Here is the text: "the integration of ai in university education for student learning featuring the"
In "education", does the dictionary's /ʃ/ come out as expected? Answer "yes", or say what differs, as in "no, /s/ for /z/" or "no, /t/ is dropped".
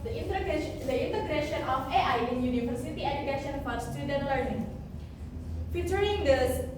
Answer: yes